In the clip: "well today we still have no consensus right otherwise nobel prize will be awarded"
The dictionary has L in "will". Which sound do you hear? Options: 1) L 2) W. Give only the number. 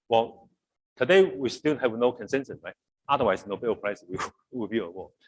2